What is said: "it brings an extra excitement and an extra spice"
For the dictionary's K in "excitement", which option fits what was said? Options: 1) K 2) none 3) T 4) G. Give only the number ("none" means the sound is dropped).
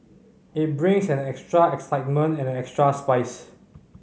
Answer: 1